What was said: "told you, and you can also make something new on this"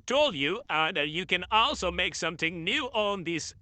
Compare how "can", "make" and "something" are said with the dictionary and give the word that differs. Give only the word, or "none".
none